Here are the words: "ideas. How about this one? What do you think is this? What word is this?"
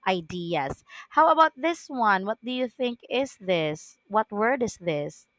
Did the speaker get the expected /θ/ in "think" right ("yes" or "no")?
yes